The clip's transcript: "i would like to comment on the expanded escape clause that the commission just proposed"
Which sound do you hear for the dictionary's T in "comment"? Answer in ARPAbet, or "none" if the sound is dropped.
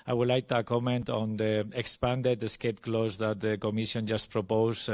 T